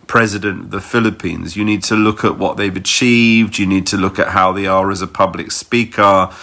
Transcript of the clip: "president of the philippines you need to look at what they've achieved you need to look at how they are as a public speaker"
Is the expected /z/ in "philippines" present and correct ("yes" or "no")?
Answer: yes